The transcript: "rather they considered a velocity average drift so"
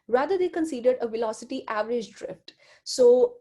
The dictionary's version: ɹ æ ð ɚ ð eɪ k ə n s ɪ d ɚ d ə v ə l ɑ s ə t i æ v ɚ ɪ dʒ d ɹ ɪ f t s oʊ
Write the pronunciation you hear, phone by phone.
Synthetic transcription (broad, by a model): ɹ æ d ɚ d eɪ k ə n s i d ɚ d ə v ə l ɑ s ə t i æ v ɚ ɪ dʒ d ɹ ɪ f t s oʊ